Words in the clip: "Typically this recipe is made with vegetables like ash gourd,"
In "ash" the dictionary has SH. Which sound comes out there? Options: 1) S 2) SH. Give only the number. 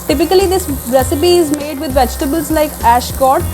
2